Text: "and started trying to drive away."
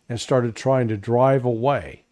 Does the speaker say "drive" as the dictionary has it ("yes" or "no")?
yes